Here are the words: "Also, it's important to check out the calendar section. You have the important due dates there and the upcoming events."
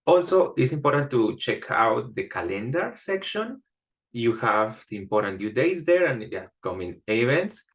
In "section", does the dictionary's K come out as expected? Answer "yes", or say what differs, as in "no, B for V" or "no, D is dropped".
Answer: yes